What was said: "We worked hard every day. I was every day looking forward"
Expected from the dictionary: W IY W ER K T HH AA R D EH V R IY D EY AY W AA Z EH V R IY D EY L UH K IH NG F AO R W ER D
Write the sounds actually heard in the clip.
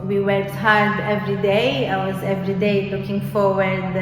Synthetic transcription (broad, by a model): W IY W ER K T HH AA R D EH V R IY D EY AY W AA Z EH V R IY D EY L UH K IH NG F AO R W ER D